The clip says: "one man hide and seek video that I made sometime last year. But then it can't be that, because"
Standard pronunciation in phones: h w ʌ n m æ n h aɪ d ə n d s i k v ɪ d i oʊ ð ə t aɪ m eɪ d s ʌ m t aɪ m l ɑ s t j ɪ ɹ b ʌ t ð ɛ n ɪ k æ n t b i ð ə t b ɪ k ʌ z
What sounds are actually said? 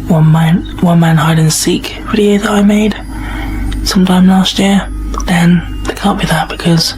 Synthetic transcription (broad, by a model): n w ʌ n m æ n h aɪ d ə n s i k f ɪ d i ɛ ð ə t aɪ m eɪ d s ʌ m t aɪ m l ɑ s t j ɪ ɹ b ʌ t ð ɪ n ɪ k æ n b i ð ə t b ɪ k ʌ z